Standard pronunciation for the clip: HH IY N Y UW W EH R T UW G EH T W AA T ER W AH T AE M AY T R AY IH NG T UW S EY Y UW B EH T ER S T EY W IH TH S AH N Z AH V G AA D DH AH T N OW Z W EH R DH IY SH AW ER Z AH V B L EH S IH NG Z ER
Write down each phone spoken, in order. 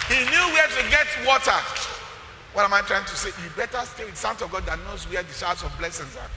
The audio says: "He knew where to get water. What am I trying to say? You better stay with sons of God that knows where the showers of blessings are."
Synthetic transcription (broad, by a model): HH IY N Y UW W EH T UW G EH T W AA T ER W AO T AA M AY T R AY IH NG T UW S EY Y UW B EH T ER S T EY W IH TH S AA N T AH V G AA D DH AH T N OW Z W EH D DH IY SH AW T S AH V B L EH S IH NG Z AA